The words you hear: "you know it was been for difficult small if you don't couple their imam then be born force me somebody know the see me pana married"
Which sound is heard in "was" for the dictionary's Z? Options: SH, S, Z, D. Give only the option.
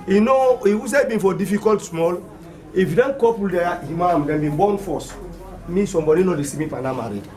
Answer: S